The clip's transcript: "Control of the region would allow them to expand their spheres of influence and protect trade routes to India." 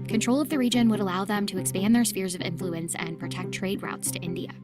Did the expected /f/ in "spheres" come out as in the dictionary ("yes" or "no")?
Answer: yes